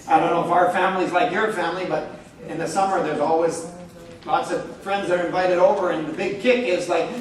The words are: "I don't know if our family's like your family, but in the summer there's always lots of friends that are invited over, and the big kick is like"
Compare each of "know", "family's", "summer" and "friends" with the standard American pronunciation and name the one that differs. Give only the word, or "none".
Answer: none